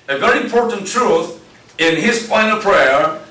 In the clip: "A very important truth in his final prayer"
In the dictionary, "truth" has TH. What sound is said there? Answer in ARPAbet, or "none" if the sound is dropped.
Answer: TH